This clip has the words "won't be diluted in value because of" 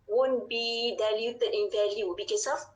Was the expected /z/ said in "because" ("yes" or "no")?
no